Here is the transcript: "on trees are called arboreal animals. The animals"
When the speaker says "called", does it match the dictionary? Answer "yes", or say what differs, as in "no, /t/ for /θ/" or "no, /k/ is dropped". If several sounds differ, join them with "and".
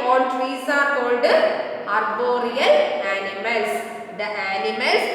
yes